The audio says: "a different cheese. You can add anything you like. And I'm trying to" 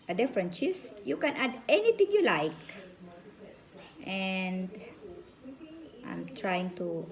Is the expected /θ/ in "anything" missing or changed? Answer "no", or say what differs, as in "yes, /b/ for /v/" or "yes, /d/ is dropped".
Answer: yes, /t/ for /θ/